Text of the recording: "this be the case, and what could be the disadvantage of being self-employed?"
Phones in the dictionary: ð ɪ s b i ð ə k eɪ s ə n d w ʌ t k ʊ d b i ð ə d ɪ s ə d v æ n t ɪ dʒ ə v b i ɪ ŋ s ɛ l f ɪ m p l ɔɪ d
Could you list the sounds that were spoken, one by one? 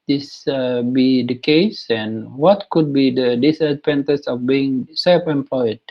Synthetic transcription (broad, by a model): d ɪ s b i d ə k eɪ s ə n w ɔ t k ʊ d b i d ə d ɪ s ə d p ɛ n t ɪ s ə f b i ɪ ŋ s ɛ l f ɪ m p l ɔɪ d